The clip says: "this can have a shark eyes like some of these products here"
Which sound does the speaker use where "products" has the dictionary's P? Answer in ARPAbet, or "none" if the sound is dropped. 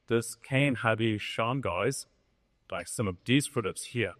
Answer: F